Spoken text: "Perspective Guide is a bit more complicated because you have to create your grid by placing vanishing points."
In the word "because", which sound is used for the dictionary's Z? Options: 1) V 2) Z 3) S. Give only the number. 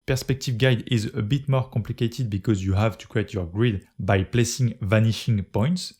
2